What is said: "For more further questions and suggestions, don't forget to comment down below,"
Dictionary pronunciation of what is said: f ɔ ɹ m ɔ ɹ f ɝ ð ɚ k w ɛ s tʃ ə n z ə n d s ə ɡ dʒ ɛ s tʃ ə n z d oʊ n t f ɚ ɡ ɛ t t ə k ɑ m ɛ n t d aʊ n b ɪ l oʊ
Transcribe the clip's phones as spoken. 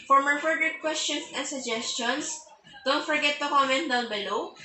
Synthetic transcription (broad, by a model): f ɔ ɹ m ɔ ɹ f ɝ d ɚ k w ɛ s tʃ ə n s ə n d s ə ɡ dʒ ɛ s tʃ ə n s d oʊ n t f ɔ ɡ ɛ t t ə k ɑ m ɛ n t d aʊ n b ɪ l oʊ